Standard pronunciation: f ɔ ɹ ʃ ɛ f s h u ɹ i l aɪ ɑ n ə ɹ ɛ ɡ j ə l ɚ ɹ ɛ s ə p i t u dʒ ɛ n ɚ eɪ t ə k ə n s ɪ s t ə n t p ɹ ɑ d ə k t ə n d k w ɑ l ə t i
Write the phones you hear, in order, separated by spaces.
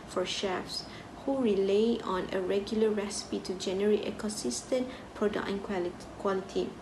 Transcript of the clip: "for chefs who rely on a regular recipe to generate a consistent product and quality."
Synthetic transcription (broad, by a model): f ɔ ɹ ʃ ɛ f s h u ɹ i l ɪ ɑ n ə ɹ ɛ ɡ j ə l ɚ ɹ ɛ s ə p i t u dʒ ɛ n ɚ eɪ t ə k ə n s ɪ s t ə n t p ɹ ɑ d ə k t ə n k w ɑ l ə t i